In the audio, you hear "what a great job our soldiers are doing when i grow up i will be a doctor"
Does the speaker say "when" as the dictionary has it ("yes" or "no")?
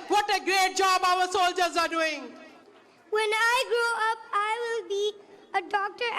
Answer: yes